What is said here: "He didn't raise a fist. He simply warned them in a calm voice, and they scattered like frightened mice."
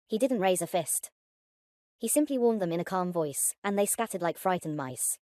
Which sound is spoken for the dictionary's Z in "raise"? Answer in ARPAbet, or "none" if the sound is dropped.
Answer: Z